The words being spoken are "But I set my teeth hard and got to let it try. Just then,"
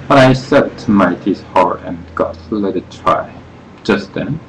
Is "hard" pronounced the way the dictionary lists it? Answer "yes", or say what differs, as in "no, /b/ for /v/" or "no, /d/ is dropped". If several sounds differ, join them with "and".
no, /d/ is dropped